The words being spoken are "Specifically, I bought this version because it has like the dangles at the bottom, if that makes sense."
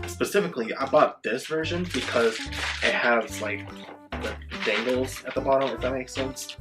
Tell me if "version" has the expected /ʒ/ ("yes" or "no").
yes